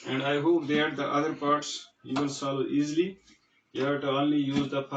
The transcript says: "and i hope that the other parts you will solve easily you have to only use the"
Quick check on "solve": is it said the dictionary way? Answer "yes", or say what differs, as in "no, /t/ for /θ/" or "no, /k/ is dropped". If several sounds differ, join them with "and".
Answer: no, /v/ is dropped